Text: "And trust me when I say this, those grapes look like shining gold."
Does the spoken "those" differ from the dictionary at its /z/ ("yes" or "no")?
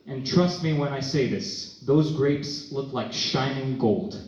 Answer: no